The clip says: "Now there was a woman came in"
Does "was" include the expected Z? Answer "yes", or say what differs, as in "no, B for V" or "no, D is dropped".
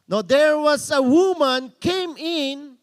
no, S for Z